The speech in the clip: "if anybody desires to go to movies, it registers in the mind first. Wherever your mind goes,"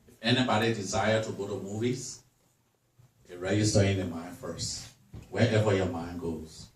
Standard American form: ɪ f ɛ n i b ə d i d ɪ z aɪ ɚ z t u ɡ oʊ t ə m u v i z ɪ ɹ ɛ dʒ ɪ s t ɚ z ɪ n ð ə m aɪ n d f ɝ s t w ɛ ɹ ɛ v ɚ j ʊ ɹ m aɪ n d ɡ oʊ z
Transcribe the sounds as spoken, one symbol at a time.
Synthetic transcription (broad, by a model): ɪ f ɛ n i b ə d i d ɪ z aɪ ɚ t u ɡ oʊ t ə m u v i z ɪ ɹ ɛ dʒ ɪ s t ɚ ɪ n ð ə m aɪ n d f ɝ s t w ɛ ɹ ɛ v ɚ j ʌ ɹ m aɪ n ɡ oʊ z